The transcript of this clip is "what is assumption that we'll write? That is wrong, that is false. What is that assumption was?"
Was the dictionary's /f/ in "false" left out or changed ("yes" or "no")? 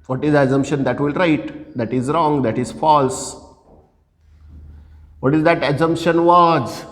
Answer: no